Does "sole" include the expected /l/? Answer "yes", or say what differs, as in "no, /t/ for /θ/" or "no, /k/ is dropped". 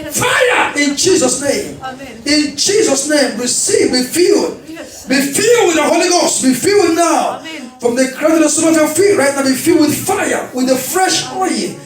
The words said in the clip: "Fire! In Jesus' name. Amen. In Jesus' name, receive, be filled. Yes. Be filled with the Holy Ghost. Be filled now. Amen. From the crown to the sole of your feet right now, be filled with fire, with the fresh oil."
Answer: no, /n/ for /l/